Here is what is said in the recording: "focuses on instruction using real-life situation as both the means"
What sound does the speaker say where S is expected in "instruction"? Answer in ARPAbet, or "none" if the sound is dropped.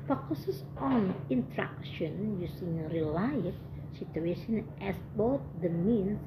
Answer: none